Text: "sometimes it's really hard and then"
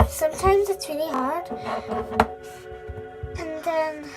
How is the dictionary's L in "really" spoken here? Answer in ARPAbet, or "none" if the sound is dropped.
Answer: N